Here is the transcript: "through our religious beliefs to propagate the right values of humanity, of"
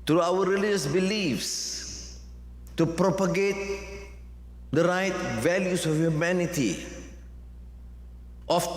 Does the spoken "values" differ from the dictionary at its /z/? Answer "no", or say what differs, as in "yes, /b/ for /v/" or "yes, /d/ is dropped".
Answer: yes, /s/ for /z/